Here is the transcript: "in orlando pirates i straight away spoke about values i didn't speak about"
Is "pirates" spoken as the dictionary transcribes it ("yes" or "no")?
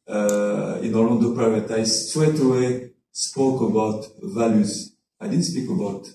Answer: no